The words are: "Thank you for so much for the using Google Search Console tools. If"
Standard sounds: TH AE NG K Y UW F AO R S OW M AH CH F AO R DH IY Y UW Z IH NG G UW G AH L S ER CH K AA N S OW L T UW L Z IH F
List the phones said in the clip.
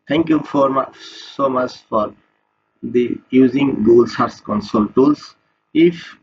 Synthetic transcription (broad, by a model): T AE NG K Y UW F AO R S OW M AH CH F AO R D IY Y UW Z IH NG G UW L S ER S K AA N S OW L T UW L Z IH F